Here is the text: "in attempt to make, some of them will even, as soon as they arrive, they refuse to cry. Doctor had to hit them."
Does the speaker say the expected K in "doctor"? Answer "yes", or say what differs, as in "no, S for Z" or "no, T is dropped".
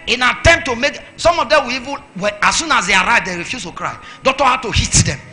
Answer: no, K is dropped